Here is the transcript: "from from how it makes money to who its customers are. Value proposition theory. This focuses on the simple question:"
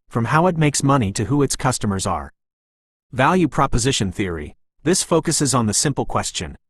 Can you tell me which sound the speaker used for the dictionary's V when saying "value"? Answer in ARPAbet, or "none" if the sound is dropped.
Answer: V